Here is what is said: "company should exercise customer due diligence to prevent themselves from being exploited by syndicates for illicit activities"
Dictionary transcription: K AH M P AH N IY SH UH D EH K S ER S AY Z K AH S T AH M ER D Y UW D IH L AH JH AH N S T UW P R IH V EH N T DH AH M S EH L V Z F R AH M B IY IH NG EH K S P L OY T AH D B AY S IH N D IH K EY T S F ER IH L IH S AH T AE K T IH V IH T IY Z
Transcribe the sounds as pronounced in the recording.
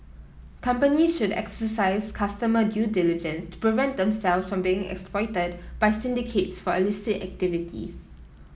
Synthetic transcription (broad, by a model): K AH M P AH N IY SH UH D EH K S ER S AY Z K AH S T AH M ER D Y UW D IH L AH JH AH N S T UW P R IH V EH N T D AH M S EH L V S F R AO M B IY IH NG EH K S P L OY T AH D B AY S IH N D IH K EY T S F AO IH L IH S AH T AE K T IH V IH T IY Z